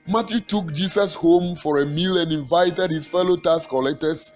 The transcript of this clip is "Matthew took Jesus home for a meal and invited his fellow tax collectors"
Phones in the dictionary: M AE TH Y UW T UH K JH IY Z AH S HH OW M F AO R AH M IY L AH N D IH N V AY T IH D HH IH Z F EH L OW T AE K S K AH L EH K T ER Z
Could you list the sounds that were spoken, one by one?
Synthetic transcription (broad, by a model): M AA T Y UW T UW K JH IY S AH S HH OW M F AO R AH M IY L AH N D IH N V AY T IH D HH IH S F EH L OW T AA S K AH L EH K T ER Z